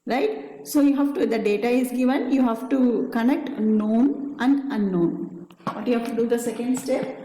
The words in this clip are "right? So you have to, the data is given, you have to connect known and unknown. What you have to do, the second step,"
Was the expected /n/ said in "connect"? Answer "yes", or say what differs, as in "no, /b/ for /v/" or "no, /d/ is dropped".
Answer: yes